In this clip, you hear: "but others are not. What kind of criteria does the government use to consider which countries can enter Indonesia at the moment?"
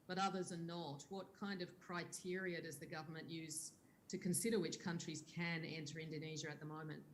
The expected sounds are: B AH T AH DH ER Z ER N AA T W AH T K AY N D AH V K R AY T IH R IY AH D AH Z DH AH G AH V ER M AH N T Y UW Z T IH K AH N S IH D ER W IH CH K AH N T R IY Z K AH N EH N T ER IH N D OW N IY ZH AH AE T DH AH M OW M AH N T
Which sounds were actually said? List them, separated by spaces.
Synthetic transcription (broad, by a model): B AH T AH DH ER Z ER N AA T W AH T K AY N D AH V K R AY T IH R IY AH D AH Z DH AH G AH V ER M AH N T Y UW Z T IH K AH N S IH D ER W IH CH K AH N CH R IY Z K AH N EH N T ER IH N D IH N IY ZH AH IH T DH AH M OW M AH N T